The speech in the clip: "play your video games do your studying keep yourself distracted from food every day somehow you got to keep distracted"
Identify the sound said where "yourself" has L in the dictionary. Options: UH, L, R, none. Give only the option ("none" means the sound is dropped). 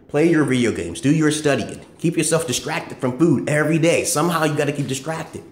L